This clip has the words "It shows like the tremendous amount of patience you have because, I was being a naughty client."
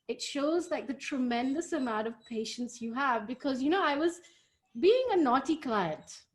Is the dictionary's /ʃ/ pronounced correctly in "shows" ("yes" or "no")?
yes